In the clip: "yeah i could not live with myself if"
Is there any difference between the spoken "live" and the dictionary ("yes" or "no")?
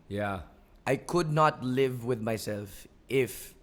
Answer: no